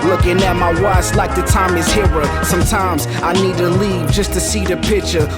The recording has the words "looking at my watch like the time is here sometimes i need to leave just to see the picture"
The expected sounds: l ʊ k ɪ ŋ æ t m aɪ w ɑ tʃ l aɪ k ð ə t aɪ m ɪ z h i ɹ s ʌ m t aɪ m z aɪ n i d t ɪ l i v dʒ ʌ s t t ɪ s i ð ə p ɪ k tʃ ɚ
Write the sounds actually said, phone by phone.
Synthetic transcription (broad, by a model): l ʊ k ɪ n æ m aɪ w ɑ s l aɪ k ð ə t aɪ m ɪ z h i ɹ s ʌ m t aɪ m z aɪ n i d t ɪ l i v dʒ ʌ s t t ɪ s i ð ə p ɪ k tʃ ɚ